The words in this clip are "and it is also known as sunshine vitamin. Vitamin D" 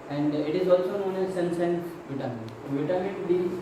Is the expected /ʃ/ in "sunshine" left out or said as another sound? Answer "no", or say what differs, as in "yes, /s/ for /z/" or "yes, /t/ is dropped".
yes, /s/ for /ʃ/